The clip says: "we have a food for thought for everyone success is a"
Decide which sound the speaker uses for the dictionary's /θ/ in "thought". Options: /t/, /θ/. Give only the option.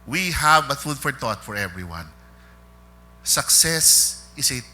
/t/